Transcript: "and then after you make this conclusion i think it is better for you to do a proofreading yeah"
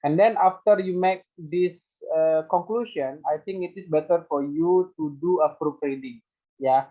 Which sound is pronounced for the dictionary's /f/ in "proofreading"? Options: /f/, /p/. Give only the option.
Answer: /p/